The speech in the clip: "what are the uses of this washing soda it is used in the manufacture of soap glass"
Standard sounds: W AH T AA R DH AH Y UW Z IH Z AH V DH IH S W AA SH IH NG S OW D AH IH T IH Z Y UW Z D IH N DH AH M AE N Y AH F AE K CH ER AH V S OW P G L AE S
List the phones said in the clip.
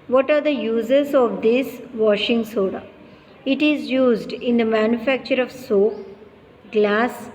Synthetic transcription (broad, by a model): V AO T AA R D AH Y UW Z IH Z AH V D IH S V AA SH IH NG S OW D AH IH T IH Z Y UW Z D IH N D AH M AE N Y AH F AE K CH ER AH V S OW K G L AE S